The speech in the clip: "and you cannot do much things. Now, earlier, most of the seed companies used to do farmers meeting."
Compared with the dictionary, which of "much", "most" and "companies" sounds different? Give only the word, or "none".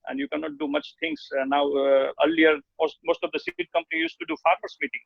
companies